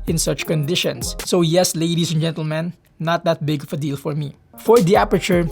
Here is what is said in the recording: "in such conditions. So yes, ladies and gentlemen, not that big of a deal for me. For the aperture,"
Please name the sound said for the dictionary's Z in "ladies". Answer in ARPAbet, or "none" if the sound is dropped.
S